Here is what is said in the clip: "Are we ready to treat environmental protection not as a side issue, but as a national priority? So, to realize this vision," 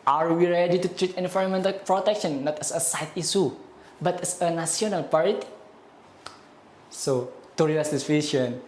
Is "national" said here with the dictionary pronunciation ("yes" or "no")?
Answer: no